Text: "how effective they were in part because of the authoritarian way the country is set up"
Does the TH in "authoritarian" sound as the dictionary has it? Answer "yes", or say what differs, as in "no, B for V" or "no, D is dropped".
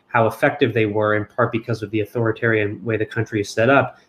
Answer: yes